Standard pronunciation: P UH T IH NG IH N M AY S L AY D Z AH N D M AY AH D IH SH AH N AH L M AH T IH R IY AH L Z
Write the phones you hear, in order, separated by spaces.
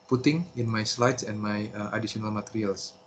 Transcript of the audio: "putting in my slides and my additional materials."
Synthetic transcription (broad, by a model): P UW T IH NG IH N M AY S L AY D S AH N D M AY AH D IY S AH N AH L M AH T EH R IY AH L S